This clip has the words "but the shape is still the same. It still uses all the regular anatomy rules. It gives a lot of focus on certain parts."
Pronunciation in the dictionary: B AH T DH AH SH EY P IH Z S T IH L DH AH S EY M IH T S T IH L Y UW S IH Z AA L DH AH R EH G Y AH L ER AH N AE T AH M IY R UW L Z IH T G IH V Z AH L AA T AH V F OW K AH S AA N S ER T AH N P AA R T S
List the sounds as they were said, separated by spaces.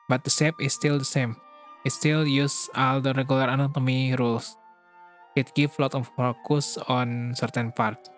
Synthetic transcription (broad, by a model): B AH T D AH S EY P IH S T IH L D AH S EY M IH T S T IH L Y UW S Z AA L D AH R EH G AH L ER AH N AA T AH M IY R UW L S IH T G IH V L AA T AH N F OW K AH S AA N S ER T AH N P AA R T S